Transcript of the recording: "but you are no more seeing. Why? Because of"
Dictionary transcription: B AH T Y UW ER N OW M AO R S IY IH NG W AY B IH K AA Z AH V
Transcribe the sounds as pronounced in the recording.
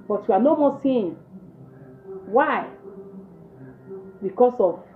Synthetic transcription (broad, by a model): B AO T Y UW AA N OW M AO S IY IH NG W AY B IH K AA S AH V